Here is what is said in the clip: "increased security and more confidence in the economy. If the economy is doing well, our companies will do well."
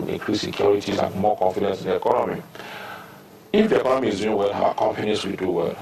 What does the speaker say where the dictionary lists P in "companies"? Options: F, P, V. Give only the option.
F